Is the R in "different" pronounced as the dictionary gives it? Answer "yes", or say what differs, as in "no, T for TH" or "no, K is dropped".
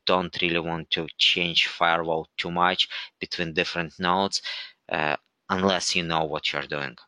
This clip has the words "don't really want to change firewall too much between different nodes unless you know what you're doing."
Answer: yes